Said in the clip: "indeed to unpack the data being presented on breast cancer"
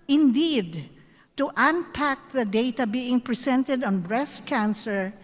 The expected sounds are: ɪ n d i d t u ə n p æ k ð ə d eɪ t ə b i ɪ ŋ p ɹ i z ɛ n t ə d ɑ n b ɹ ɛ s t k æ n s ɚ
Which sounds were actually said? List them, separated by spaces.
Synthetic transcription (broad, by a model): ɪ n d i d t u ə n p æ k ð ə d eɪ t ə b i ɪ ŋ p ɹ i s ɛ n t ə d ɑ n b ɹ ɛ s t k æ n s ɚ